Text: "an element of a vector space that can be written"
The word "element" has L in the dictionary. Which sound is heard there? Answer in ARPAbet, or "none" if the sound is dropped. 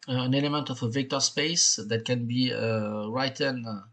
L